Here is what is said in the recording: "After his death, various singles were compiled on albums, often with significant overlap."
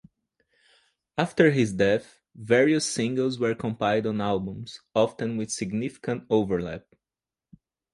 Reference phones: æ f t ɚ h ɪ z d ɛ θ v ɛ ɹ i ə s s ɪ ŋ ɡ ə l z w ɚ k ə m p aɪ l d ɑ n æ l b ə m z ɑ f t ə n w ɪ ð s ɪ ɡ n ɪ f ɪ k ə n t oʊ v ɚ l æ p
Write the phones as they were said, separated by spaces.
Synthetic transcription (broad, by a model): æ f t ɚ h ɪ z d ɛ θ v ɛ ɹ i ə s s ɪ ŋ ɡ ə l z w ɚ k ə m p aɪ d ɑ n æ l b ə m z ɑ f t ə n w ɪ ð s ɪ ɡ n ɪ f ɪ k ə n t oʊ v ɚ l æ p